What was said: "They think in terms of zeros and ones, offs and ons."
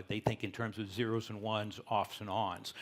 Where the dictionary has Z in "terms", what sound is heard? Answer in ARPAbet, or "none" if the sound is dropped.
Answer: Z